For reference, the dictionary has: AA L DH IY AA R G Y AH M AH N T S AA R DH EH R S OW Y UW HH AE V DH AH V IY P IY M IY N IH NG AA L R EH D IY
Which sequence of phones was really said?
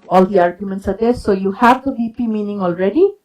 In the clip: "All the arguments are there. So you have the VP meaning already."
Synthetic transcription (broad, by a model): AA L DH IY AA R G Y AH M AH N T S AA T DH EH S OW Y UW HH AE V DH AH B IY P IY M IY N IH NG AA L R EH D IY